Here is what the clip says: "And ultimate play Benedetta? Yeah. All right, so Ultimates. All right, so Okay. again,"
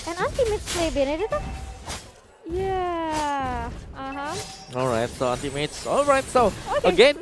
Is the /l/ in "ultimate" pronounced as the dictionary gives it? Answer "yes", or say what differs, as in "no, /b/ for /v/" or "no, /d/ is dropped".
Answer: no, /n/ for /l/